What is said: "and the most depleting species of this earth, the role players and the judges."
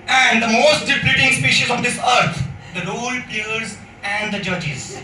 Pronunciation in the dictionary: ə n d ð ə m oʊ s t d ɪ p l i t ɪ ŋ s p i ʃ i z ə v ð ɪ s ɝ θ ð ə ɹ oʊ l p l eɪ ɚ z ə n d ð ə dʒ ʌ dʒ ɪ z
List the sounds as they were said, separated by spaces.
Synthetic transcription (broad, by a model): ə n d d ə m oʊ s t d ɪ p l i t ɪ ŋ s p i ʃ i z ə v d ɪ s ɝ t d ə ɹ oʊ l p i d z ə n d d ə dʒ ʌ dʒ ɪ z